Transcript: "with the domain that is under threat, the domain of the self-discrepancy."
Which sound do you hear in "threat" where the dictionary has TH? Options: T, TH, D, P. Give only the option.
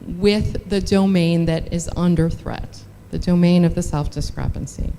TH